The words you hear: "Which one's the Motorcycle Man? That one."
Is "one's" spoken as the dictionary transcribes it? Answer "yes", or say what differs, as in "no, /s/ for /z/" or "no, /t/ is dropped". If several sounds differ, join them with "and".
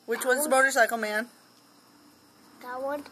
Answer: no, /n/ is dropped